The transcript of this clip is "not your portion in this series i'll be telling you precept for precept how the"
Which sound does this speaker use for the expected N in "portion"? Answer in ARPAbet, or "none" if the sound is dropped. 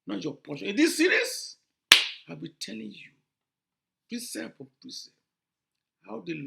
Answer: none